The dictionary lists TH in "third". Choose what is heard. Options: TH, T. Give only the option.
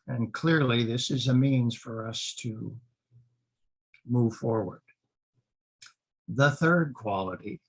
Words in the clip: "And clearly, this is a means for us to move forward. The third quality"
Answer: TH